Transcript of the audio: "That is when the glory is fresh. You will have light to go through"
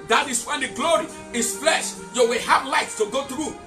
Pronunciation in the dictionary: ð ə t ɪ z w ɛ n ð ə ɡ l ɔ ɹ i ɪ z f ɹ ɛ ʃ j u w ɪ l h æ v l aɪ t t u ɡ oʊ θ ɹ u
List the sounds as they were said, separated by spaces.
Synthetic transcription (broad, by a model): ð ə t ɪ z w ɛ n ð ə ɡ l ɔ ɹ i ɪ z f l ɛ ʃ j u w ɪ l h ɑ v l aɪ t t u ɡ oʊ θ ɹ u